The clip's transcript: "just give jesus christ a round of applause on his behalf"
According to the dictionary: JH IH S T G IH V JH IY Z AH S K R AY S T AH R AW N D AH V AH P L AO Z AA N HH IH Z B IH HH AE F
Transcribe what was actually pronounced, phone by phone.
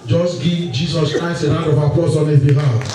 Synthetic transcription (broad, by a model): JH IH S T G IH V JH IY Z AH S K R AY S T AH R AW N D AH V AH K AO S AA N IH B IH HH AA